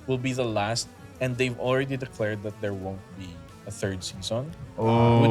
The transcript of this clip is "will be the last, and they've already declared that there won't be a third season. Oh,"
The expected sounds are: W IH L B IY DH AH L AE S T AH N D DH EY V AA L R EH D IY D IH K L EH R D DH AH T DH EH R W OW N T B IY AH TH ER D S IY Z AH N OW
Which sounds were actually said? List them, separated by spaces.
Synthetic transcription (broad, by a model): W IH L B IY DH AH L AE S T AH N D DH EY V AA L R EH D IY D IH K L EH R D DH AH T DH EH R W OW N T B IY AH TH ER D S IY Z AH N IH